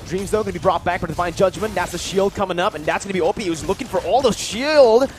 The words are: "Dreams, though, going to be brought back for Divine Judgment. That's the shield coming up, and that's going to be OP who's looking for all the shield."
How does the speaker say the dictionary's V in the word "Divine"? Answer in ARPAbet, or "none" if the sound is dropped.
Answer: F